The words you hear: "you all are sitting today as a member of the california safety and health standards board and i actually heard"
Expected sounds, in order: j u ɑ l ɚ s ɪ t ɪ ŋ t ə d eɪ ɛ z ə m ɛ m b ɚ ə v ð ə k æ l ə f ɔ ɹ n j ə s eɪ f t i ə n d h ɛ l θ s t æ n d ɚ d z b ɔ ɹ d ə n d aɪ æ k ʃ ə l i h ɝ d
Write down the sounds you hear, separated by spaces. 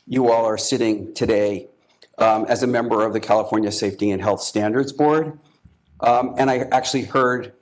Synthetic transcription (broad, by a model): j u ɑ l ɚ s ɪ t ɪ ŋ t ə d eɪ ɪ z ə m ɛ m b ɚ ə v ð ə k æ l ə f ɔ ɹ n j ə s eɪ f t i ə n h ɛ l θ s t æ n d ɚ d z b ɔ ɹ d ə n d aɪ æ k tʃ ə l i h ɝ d